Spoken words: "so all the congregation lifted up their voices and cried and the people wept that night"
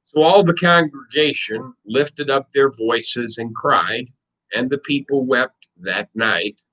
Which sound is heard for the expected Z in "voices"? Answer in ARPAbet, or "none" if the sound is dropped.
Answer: Z